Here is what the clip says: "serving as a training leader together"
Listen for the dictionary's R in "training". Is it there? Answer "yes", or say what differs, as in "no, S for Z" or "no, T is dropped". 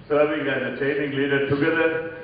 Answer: no, R is dropped